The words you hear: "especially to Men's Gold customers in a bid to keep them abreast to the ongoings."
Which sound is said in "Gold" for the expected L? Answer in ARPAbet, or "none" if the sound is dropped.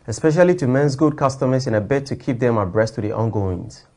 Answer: none